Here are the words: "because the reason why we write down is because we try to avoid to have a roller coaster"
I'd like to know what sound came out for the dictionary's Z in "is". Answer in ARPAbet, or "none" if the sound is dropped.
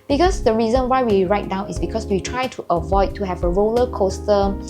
S